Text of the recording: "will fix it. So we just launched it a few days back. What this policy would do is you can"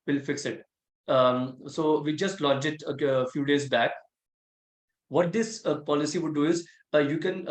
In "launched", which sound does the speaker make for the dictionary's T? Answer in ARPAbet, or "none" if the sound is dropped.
none